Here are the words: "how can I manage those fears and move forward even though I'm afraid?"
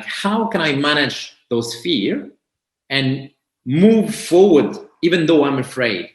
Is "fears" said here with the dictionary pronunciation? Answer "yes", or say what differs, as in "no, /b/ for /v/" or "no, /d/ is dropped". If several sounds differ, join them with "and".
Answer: no, /z/ is dropped